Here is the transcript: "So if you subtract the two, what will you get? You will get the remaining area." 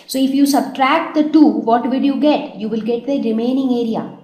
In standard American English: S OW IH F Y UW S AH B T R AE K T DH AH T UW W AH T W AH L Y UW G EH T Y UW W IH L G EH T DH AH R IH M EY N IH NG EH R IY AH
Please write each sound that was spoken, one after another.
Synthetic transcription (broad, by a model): S OW IH F Y UW S AH B T R AE K T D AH T UW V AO T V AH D Y UW G EH T Y UW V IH L G EH T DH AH R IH M EY N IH NG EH R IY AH